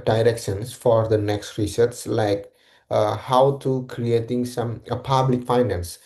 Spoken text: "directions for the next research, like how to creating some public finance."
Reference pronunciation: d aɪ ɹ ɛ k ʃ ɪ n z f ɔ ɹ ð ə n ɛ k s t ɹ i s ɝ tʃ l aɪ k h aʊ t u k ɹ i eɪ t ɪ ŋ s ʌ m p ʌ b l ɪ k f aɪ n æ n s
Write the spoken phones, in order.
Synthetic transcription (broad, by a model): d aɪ ɹ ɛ k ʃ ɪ n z f ɔ ɹ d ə n ɛ k s t ɹ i s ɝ s l aɪ k h aʊ t u k ɹ i eɪ t ɪ ŋ s ʌ m p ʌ b l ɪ k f aɪ n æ n s